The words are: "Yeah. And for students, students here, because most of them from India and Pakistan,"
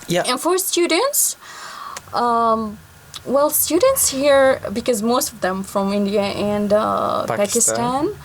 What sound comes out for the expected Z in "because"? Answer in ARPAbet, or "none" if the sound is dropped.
Z